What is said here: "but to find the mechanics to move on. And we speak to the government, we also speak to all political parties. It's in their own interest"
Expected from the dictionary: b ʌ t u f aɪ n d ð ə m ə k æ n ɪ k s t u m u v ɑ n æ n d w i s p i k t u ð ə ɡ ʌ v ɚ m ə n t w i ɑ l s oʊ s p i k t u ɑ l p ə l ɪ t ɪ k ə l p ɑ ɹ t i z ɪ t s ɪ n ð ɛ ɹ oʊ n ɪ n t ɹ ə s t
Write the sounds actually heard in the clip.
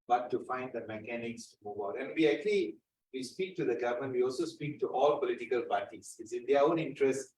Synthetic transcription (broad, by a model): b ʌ t u f aɪ n d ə m ə k æ n ɪ k s t u m u v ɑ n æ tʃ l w i s p i k t u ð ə ɡ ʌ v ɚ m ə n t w i ɑ l s oʊ s p i k t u ɑ l p ə l ɪ t ɪ k ə l p ɑ ɹ t i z ɪ t s ɪ n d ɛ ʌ oʊ n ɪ n t ɹ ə s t